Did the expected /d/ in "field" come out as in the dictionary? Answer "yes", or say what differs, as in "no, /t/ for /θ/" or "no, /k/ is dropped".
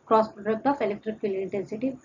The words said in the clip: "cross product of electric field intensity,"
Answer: no, /d/ is dropped